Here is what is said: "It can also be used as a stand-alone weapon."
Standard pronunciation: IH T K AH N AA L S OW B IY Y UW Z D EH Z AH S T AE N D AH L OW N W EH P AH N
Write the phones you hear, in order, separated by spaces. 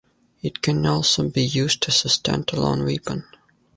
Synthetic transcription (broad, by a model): IH T K AH N AA L S OW B IY Y UW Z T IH S AH S T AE N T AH L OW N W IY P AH N